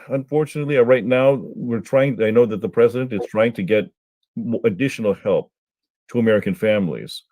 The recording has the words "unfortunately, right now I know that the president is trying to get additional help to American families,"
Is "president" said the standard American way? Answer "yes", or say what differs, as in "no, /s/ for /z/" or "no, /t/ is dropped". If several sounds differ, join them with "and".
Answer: yes